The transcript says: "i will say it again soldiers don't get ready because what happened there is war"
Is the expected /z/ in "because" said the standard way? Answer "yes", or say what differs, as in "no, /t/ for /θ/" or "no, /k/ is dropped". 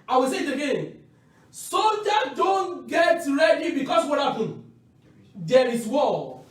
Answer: no, /s/ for /z/